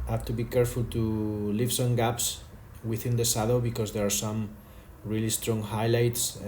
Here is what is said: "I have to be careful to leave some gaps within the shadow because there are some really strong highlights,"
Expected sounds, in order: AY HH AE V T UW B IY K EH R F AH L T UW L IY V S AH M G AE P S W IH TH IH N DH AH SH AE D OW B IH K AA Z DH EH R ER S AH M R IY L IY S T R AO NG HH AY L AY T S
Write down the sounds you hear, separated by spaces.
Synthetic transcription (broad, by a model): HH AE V T UW B IY K EH R F AH L T UW L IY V S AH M G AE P S W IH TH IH N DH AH S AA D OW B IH K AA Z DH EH R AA S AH M R IY L IY S T R AO NG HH AY L AY T S